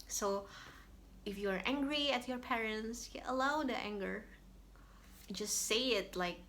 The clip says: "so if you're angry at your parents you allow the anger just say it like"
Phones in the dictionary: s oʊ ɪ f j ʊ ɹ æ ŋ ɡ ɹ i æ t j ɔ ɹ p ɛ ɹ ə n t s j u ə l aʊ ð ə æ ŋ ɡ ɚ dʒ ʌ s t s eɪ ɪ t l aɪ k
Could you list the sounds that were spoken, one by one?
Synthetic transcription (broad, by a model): s oʊ ɪ f j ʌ ɹ æ ŋ ɡ ɹ i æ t j ɔ ɹ p ɛ ɹ ə n t s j ə l aʊ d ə æ ŋ ɡ ɚ dʒ ʌ s t s eɪ ɪ t l aɪ k